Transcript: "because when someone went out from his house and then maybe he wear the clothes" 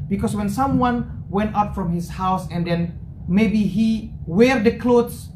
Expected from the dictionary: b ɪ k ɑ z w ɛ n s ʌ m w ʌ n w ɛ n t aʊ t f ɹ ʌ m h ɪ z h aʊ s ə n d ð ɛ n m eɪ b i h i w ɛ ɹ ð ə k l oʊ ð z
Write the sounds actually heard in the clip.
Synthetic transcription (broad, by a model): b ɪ k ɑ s w ɛ n s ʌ m w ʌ n w ɛ n t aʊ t f ɹ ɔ m h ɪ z h aʊ s ə n d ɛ n m eɪ b i h i w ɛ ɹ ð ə k l oʊ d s